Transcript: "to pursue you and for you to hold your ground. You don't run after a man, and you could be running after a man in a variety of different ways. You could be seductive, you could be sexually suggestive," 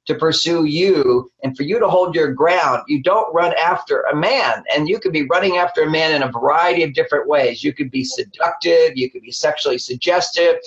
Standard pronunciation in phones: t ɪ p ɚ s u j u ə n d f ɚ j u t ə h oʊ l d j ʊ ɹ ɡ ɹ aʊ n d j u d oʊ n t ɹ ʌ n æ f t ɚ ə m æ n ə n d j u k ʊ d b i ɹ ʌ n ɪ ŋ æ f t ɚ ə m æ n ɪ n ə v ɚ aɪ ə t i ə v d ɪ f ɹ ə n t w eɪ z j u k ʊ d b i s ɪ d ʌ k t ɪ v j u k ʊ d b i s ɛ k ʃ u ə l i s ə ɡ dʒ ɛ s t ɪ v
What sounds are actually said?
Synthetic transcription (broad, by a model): t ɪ p ɚ s u j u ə n f ɚ j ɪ t ə h oʊ l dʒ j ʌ ɹ ɡ ɹ aʊ n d j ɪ d oʊ n t ɹ ʌ n æ f t ɚ ə m æ n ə n j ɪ k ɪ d b i ɹ ʌ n ɪ ŋ æ f t ɚ ə m æ n ɪ n ə v ɚ aɪ ə t i ə v d ɪ f ɹ ə n t w eɪ z j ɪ k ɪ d b i s ɪ d ʌ k t ɪ v j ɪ k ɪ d b i s ɛ k ʃ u l i s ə ɡ dʒ ɛ s t ɪ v